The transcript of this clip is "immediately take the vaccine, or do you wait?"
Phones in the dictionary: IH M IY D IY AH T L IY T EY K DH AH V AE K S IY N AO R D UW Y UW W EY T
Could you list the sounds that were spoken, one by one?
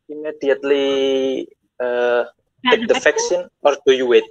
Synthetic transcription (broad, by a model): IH M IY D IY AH T L IY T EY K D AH F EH K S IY N AO R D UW Y UW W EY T